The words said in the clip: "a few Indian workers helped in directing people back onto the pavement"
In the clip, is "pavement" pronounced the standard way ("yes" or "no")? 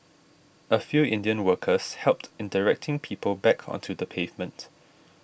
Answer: yes